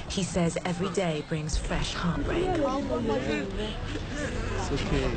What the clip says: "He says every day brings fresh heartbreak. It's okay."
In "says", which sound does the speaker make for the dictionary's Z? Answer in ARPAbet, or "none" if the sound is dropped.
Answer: Z